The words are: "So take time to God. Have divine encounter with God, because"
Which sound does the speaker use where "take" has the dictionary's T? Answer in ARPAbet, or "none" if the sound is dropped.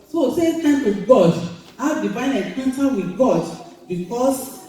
S